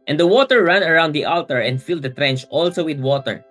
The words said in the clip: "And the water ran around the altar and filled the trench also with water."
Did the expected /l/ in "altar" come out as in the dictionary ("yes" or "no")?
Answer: yes